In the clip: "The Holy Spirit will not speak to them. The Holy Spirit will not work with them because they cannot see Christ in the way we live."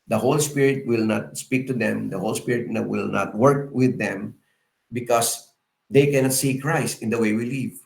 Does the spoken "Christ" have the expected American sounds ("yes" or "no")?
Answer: yes